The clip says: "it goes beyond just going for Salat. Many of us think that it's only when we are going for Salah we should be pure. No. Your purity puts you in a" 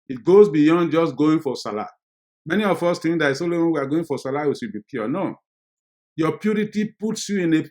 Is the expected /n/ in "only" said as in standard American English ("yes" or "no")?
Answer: no